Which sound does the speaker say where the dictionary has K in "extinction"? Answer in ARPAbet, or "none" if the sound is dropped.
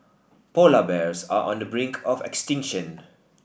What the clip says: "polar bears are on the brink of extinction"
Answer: K